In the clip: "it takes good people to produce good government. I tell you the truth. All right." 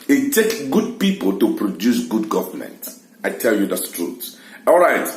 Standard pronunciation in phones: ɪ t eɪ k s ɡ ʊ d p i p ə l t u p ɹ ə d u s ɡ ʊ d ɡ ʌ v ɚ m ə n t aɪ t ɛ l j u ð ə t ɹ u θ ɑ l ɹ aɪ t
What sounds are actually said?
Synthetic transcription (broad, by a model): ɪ t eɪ k ɡ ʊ d p i p ə l t u p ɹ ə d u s ɡ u d ɡ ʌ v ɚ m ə n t aɪ t ɛ l j u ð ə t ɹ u t ɑ l ɹ aɪ t